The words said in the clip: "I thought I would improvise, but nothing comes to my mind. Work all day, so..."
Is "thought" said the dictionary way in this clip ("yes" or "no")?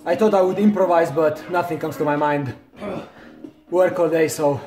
no